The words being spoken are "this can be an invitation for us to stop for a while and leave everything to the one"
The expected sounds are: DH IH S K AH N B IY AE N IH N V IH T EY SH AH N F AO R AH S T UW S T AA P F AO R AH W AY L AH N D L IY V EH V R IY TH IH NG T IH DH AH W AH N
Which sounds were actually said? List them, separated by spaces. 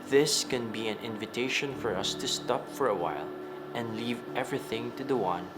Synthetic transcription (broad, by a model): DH IH S K AH N B IY AE N IH N V IH T EY SH AH N F AO R AH S T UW S T AA P F AO R AH W AY L AH N D L IY V EH V R IY TH IH NG T IH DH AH W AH N